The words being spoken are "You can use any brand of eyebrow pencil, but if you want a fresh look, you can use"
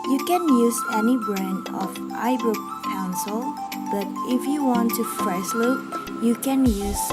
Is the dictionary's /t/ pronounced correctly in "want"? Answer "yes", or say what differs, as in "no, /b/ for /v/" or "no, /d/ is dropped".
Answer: yes